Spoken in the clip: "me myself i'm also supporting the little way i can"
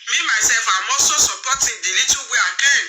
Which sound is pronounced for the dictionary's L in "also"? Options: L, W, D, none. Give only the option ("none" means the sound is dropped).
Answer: none